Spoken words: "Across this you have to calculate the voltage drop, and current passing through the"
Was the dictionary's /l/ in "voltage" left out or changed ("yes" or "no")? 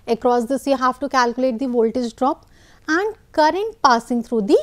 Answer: no